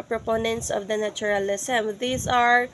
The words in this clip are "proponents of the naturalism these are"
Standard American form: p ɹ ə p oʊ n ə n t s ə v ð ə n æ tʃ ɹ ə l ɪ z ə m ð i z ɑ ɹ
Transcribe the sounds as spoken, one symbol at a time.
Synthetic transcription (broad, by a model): p ɹ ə p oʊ n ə n t s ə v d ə n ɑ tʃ ɹ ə l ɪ s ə m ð i s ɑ ɹ